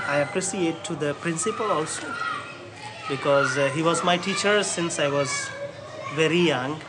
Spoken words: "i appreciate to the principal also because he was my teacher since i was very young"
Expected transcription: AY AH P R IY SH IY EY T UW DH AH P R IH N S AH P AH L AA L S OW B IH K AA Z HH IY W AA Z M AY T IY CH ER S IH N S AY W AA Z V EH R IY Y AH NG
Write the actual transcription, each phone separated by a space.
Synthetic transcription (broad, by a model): AY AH P R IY S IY EY T UW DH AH P R IH N S AH P AH L AA L S OW B IH K AA Z HH IY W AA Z M AY T IY CH ER S IH N S AY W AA Z V EH R IY Y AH NG